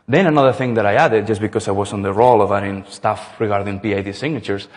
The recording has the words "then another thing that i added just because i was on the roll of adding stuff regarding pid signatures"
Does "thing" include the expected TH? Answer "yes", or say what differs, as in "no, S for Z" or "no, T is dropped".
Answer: yes